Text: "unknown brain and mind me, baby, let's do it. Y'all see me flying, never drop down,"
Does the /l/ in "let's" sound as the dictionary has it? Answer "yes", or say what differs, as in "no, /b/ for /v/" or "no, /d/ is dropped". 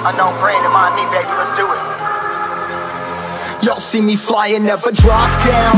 no, /w/ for /l/